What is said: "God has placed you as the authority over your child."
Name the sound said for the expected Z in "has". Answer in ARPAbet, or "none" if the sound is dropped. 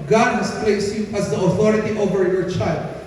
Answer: S